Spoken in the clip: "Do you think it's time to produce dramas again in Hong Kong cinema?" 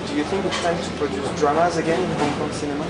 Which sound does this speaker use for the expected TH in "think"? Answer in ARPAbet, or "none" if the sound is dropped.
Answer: TH